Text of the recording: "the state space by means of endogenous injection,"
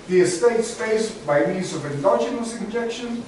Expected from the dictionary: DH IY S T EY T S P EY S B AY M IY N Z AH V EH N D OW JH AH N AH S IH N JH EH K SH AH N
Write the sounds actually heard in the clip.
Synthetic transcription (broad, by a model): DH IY S T EY T S F EY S B AY M IY N Z AH V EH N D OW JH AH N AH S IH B JH EH K SH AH N